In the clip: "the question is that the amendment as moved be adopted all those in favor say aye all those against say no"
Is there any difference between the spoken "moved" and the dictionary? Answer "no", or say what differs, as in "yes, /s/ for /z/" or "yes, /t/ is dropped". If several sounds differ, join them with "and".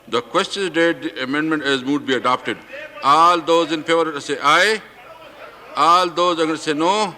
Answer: yes, /v/ is dropped